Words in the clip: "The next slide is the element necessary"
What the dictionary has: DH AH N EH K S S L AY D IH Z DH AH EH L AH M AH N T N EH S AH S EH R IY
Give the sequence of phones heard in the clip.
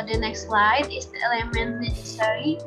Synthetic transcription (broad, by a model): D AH N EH K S S L AY D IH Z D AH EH L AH M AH N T N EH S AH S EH R IY